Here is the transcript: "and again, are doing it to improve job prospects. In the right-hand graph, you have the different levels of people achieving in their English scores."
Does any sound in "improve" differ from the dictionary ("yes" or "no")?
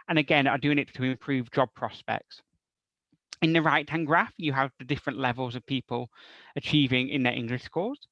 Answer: no